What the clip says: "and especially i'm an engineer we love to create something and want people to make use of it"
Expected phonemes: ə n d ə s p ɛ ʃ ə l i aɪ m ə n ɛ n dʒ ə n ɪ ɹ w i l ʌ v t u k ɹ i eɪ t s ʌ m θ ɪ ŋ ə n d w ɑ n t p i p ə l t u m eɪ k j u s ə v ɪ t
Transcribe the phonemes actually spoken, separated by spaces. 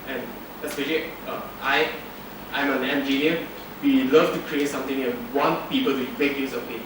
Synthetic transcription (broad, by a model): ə n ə s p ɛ ʃ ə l i aɪ m ə n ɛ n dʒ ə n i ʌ w i l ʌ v t u k ɹ i eɪ t s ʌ m t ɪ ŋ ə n w ɑ n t p i p ə l t u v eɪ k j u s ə p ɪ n